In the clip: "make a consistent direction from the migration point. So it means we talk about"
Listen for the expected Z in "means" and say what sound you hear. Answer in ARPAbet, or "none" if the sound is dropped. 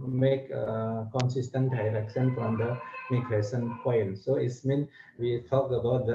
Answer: none